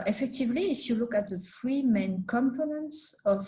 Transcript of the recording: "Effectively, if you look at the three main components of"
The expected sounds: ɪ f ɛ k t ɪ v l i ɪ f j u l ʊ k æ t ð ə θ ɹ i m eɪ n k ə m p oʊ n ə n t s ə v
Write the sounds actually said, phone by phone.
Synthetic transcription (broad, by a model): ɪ f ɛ k t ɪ v l i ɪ f j u l ʊ k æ t ð ə f ɹ i m eɪ n k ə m f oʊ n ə n s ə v